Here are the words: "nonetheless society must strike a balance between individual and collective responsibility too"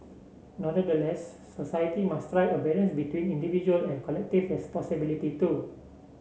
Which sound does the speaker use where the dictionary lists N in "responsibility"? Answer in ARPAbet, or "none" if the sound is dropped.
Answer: none